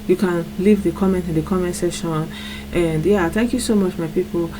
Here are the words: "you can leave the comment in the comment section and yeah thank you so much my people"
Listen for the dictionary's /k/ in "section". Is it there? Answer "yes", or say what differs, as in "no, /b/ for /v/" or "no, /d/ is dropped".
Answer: no, /k/ is dropped